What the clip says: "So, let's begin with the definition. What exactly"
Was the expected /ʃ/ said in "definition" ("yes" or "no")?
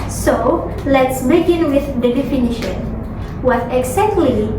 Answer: yes